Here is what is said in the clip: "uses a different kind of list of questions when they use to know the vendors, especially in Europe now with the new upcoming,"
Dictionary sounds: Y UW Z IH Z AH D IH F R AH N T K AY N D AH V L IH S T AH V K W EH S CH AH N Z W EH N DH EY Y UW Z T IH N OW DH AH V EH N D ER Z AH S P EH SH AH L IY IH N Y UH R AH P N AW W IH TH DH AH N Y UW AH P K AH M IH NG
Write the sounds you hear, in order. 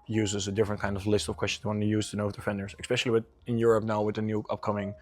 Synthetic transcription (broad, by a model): Y UW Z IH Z AH D IH F R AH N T K AY N D AH V L IH S T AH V K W EH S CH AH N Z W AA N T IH Y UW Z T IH N OW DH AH F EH N D ER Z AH S P EH SH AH W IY IH N Y UH R AH P N AW W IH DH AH N Y UW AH P K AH M IH NG